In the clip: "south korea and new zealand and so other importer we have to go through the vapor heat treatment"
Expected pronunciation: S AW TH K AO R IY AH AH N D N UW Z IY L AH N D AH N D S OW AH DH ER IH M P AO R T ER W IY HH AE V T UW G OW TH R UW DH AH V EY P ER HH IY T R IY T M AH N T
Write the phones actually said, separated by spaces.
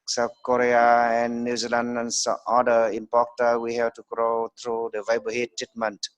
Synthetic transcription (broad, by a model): S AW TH K AO R IY AH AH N N UW Z IY L AH N D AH N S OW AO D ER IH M P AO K T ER W IY HH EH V T UW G OW T R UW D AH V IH B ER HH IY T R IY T M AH N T